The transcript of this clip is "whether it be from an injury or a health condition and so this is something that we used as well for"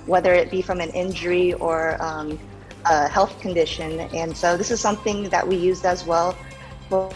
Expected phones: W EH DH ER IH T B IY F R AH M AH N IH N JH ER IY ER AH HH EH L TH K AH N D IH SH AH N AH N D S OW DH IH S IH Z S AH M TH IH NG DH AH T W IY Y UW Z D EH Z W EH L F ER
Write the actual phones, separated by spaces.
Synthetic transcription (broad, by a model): W EH DH ER IH T B IY F R AH M AH N IH N JH ER IY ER AH HH EH L TH K AH N D IH SH AH N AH N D S OW DH IH S IH Z S AH M TH IH NG DH AH T W IY Y UW Z D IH Z W EH L F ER